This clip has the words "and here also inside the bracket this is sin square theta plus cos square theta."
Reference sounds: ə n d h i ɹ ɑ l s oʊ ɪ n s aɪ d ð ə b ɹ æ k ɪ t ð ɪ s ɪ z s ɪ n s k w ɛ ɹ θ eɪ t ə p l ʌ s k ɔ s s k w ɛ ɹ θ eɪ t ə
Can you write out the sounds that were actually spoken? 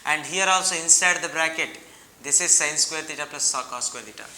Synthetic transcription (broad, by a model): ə n d h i ɹ ɑ l s oʊ ɪ n s aɪ d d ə b ɹ æ k ɪ t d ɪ s ɪ z s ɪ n s k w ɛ ɹ t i t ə p l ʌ s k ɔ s s k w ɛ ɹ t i t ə